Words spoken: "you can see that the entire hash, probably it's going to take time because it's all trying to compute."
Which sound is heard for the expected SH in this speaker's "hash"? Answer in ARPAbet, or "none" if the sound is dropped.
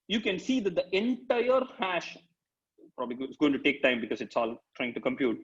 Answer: SH